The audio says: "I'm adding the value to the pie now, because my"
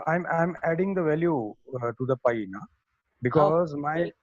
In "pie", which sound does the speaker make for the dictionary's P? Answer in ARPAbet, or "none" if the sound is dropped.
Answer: P